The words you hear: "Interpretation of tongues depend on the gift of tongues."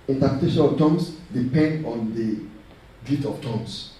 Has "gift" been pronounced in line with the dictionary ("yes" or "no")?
no